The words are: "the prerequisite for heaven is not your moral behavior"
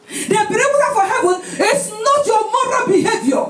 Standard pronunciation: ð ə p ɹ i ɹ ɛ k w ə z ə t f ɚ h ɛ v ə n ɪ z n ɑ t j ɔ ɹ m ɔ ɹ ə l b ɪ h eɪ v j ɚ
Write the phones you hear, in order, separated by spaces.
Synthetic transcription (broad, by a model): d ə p i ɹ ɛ w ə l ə f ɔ h ɛ v ə n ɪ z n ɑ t j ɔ m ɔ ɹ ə b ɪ h eɪ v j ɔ